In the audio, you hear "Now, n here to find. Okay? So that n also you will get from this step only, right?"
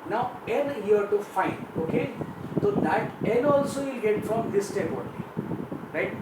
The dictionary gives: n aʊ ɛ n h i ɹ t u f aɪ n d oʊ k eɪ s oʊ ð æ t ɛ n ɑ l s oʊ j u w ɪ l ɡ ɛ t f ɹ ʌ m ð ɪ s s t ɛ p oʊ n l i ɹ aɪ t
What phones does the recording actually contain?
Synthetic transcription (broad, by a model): n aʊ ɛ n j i ɹ t u f aɪ n d oʊ k eɪ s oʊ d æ t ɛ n ɑ l s oʊ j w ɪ l ɡ ɛ t f ɹ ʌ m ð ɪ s s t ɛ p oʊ l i ɹ aɪ t